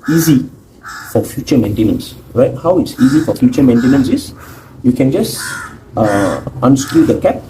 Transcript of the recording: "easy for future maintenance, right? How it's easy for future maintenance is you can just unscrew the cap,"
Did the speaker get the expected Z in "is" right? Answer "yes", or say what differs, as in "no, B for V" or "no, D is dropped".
no, S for Z